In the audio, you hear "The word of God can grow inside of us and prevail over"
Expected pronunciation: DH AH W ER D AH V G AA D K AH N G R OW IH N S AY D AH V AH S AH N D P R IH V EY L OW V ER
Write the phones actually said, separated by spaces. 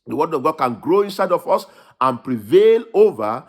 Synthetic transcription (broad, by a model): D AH W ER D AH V G AA D K AH N G R OW IH N S AY D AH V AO S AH N P R IH V EY L OW V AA